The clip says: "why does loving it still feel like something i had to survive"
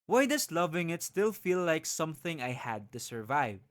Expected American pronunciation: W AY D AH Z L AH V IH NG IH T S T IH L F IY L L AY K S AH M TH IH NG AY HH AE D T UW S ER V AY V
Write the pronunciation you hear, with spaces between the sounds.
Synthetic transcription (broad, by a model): W AY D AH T L AH V IH NG IH T S T IH L F IY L L AY K S AH M TH IH NG AY HH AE D T UW S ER V AY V